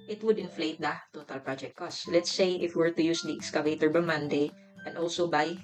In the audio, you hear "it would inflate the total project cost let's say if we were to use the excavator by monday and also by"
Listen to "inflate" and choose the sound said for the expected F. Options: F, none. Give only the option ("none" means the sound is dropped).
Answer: F